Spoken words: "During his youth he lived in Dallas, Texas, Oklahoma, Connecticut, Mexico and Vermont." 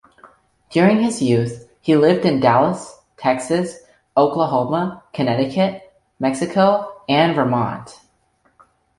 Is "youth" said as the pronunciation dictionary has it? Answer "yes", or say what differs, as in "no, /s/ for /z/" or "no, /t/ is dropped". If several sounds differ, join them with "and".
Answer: yes